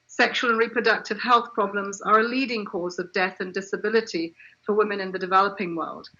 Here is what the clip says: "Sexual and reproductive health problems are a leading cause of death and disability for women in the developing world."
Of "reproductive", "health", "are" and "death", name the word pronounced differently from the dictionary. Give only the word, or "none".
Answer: none